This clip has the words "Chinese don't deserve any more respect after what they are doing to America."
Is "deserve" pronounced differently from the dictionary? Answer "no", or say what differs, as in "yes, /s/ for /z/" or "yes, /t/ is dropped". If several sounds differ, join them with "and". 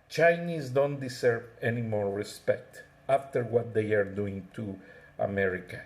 yes, /s/ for /z/